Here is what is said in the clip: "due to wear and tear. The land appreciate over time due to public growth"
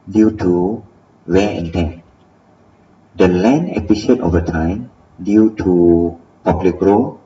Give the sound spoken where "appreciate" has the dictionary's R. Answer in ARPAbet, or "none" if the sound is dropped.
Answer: none